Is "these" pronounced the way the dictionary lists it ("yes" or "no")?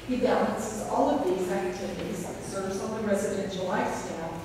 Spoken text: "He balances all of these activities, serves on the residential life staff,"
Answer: yes